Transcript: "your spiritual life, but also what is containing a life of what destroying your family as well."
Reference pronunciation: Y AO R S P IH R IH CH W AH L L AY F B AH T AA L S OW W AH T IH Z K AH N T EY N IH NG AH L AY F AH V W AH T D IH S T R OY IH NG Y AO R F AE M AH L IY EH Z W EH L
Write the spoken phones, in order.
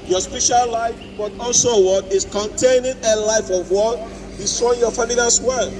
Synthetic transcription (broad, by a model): Y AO S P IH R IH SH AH L L AY F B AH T AA L S OW W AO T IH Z K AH N T EY N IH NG AH L AY F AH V W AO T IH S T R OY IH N Y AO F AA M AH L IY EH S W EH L